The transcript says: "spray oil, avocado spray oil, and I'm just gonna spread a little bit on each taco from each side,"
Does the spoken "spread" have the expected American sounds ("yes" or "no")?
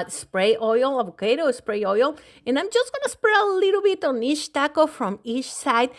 no